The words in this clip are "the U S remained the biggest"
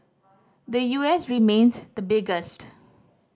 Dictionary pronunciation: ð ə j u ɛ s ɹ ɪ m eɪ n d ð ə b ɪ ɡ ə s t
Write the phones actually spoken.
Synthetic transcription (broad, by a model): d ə j u ɛ s ɹ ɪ m eɪ n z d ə b ɪ ɡ ə s t